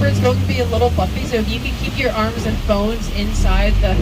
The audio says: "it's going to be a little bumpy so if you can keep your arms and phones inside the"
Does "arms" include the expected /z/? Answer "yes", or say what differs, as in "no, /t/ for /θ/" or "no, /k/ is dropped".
yes